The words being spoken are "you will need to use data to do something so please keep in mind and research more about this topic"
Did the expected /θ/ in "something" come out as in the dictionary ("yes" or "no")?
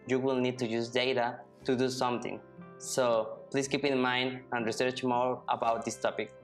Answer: no